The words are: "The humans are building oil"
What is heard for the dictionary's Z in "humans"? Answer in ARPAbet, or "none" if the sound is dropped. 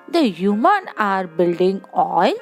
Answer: none